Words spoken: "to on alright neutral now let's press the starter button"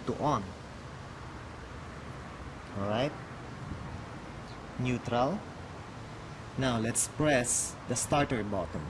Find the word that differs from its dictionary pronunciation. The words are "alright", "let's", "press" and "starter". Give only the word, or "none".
alright